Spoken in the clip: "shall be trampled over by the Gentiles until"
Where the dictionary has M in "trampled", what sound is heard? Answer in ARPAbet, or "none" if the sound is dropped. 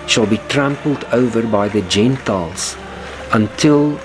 M